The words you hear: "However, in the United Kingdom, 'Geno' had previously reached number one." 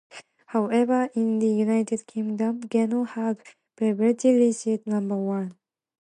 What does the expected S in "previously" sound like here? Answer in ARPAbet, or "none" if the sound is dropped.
none